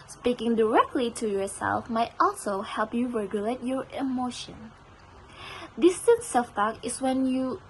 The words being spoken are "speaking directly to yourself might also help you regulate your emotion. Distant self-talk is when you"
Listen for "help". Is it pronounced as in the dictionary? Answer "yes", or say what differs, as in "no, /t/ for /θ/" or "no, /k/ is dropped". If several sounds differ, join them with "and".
yes